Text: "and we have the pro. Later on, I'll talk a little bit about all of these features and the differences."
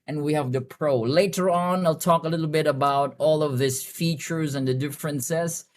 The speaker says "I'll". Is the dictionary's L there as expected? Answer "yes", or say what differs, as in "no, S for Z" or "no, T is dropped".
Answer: yes